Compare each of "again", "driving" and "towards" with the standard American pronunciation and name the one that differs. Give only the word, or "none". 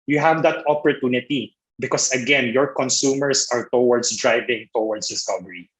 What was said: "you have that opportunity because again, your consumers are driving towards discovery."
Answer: towards